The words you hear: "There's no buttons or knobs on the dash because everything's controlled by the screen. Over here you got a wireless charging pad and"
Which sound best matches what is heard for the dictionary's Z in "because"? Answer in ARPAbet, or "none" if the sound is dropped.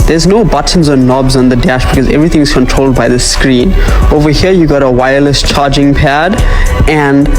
Z